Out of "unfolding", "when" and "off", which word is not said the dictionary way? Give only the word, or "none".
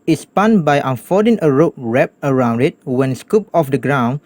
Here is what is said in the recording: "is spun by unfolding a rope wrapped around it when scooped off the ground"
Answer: unfolding